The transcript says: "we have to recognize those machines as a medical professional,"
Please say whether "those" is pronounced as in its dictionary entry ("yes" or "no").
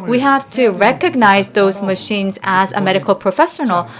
yes